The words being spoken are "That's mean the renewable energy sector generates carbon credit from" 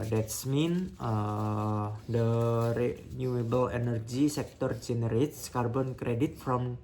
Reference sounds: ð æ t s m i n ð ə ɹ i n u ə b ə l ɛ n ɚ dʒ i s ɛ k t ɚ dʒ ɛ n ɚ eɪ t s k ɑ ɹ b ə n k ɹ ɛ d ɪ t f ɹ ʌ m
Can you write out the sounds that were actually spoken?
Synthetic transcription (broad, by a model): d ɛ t s m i n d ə ɹ i n u ə b ə l ɛ n ɚ dʒ i s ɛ k t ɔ dʒ ɛ n ɚ eɪ t s k ɑ ɹ b ə n k ɹ ɛ d ɪ t f ɹ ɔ m